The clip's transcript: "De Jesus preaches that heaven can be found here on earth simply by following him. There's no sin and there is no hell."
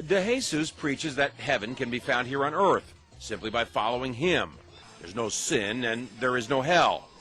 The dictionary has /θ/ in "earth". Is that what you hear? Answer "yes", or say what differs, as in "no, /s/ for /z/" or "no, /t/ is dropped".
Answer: yes